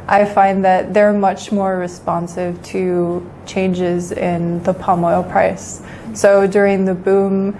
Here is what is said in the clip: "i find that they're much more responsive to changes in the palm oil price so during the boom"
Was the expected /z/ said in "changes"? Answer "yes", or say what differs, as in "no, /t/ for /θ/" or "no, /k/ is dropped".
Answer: yes